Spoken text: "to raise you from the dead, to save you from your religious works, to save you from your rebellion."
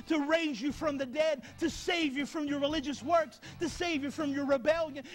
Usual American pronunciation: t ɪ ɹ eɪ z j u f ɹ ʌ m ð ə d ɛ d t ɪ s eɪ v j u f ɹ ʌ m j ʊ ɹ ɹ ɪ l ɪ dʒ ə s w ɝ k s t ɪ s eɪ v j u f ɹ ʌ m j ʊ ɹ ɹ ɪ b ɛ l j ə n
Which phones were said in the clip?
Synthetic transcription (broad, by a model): t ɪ ɹ eɪ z j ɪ f ɹ ʌ m ð ə d ɛ d t ɪ s eɪ v j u f ɹ ʌ m j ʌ ɹ ɹ ɪ l ɪ dʒ ə s w ɝ k s t ɪ s eɪ v j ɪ f ɹ ʌ m j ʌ ɹ ɹ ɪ b ɛ l j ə n